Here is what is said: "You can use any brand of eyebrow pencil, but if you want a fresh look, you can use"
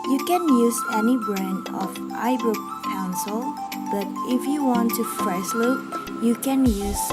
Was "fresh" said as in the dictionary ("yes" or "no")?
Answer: no